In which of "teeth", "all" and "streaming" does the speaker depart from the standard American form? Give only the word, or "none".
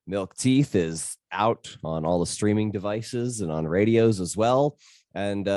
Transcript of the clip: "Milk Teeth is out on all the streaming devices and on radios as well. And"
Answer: none